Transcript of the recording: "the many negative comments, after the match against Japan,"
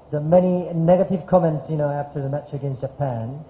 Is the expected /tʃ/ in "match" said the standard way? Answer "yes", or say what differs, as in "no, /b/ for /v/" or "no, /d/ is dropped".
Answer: yes